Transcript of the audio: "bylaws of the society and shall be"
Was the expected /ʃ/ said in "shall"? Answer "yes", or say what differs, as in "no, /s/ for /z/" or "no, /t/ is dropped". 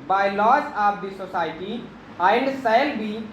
no, /s/ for /ʃ/